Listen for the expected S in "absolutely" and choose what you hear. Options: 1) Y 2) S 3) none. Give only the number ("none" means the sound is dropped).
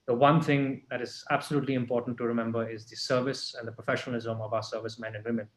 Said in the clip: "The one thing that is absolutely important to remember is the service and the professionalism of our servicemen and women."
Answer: 2